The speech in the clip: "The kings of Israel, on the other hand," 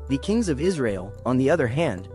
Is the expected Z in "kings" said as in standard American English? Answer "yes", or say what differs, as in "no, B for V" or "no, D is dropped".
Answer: yes